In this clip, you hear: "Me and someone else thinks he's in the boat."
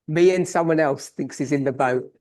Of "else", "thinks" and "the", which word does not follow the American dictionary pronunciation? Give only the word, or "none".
none